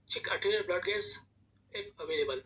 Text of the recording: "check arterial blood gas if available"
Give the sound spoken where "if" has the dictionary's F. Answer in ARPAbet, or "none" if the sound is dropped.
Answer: P